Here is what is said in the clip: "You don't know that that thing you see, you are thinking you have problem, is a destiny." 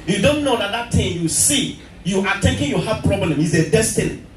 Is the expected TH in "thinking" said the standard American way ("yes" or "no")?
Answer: no